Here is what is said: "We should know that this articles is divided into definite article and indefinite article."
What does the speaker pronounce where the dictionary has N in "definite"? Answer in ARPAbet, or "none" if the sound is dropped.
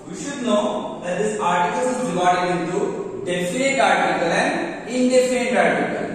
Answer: none